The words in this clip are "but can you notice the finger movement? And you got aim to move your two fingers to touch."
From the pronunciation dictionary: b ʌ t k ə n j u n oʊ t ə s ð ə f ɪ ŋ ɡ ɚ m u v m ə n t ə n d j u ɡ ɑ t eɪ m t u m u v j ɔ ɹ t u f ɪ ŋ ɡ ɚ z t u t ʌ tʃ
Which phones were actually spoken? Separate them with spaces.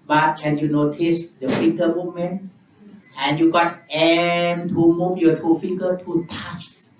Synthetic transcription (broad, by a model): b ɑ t k ə n j u n oʊ t ə s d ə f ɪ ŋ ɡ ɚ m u m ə n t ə n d j u ɡ ɑ t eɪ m t u m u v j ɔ t u f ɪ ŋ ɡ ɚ t u t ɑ tʃ